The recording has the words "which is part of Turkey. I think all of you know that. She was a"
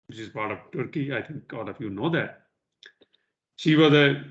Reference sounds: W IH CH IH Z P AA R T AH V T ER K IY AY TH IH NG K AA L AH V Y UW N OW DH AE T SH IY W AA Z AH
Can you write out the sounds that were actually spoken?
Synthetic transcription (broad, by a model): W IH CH IH Z P AA R T AH V T ER K IY AY T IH NG K AA L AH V Y UW N OW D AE T SH IY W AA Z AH